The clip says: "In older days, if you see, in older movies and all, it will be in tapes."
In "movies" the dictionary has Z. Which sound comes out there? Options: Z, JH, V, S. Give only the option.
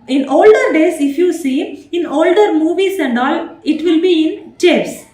S